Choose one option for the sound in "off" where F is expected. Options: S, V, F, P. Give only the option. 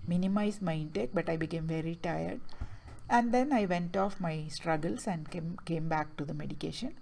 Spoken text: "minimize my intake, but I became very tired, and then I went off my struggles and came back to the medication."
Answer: F